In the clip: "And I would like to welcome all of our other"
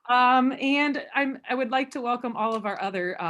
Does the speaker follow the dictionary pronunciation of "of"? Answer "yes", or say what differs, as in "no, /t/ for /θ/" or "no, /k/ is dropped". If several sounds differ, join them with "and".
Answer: yes